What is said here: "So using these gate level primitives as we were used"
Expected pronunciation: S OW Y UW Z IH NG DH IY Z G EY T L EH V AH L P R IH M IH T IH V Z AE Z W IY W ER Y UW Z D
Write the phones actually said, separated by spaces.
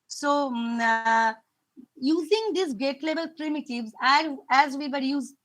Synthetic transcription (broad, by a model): S OW Y UW Z IH NG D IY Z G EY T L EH B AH L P R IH M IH T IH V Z AE Z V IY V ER Y UW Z